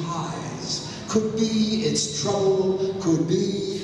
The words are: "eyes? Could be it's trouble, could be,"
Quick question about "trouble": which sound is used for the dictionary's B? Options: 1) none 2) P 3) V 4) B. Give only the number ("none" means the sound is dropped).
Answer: 1